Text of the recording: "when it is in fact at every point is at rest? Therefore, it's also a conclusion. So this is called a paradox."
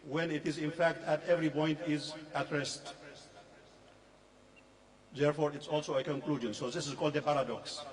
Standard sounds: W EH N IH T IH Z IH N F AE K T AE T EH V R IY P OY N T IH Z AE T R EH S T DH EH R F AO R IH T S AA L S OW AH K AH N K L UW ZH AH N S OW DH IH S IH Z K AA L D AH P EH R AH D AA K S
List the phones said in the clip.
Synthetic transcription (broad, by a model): W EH N IH T IH Z IH N F AE K T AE T EH V R IY P OY N T IH Z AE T R EH S T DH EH R F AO R IH T S AA L S OW AH K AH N K L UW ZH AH N S OW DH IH S IH Z K AA L D AH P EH R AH D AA K S